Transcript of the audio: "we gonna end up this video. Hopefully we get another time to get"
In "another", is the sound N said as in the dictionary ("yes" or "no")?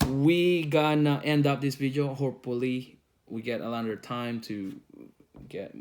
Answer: no